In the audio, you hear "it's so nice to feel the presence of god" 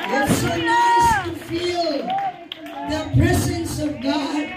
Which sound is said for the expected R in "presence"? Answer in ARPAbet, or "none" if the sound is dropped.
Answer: R